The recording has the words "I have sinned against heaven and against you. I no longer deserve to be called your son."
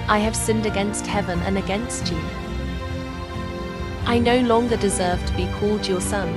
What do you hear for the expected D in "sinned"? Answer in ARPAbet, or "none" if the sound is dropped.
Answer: D